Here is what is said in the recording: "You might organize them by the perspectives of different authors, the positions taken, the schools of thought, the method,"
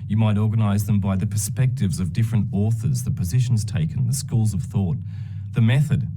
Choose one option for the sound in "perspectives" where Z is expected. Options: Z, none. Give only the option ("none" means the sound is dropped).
Z